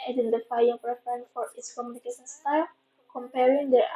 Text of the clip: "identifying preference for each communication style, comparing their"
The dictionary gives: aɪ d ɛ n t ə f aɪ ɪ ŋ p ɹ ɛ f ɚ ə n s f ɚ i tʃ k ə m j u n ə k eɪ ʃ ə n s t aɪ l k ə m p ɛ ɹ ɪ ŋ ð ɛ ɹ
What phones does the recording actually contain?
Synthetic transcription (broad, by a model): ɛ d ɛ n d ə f aɪ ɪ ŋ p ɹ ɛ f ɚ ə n f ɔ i s k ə m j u n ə k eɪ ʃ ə n s t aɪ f k ə m p ɛ ɹ ɪ ŋ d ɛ